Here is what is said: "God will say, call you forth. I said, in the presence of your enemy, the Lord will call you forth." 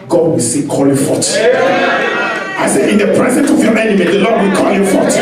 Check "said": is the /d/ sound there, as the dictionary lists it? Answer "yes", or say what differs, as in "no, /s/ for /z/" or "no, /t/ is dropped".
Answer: no, /d/ is dropped